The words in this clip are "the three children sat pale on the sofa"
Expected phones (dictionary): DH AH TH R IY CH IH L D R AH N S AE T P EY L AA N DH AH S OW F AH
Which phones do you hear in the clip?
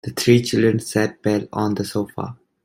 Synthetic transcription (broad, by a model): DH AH T R IY CH IH L D R AH N S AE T B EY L AA N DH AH S OW F AH